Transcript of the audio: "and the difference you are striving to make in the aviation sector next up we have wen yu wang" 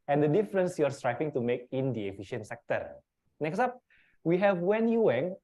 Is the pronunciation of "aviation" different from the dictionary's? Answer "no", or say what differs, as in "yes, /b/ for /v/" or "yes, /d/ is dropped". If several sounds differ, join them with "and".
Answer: yes, /f/ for /v/